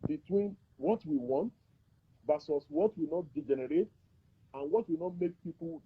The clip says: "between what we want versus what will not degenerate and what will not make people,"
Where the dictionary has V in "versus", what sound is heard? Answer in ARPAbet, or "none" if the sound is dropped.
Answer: B